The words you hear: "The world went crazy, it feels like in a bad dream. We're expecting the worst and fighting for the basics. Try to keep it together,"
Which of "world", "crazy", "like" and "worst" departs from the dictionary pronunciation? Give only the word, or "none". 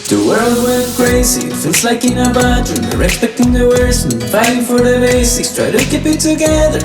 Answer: worst